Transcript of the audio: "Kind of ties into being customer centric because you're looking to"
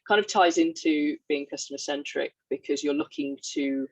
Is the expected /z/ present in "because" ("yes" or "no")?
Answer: yes